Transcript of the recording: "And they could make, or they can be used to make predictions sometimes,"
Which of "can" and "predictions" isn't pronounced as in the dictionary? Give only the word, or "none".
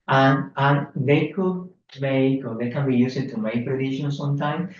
predictions